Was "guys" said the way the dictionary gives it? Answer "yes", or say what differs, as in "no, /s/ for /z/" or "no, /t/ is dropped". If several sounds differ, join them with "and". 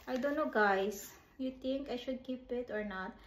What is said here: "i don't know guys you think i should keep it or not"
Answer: no, /s/ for /z/